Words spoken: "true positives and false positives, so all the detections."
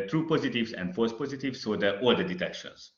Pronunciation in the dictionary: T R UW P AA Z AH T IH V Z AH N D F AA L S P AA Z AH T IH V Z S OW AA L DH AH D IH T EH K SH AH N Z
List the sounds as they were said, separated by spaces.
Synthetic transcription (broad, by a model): T R UW P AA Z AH T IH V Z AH N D F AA S P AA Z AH T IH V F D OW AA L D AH D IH T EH K SH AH N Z